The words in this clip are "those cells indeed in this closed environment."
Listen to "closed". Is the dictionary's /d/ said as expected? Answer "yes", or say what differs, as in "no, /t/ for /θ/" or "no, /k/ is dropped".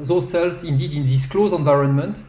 no, /d/ is dropped